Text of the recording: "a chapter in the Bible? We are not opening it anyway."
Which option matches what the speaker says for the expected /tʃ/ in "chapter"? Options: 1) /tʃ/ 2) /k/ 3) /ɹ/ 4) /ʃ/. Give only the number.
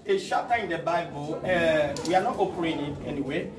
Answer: 4